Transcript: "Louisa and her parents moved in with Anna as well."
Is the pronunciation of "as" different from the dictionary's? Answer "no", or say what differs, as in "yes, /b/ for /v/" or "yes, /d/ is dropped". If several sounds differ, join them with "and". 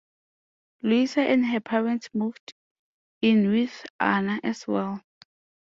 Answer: yes, /s/ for /z/